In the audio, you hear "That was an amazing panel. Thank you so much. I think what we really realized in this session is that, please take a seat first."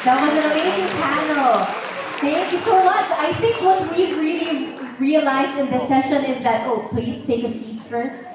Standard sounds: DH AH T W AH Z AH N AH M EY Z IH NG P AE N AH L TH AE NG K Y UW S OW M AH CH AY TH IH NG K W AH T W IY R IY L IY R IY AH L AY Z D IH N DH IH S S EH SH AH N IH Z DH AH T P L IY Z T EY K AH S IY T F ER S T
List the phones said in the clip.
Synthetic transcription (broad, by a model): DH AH T W AH Z AH N AH M EY Z IH NG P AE N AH L TH AE NG K Y UW S OW M AH CH AY TH IH NG K W AH T W IY R IY L IY R IY AH L AY Z D IH N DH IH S S EH SH AH N IH Z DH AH T P L IY Z T EY K AH S IY T F ER S T